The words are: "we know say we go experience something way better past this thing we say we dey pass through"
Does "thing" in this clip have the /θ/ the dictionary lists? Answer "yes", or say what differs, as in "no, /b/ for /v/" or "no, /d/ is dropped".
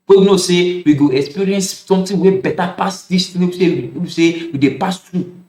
no, /t/ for /θ/